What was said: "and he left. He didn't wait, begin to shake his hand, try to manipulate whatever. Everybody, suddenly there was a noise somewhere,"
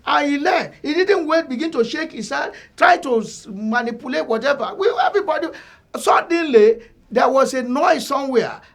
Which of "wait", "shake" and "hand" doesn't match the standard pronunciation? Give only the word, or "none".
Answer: hand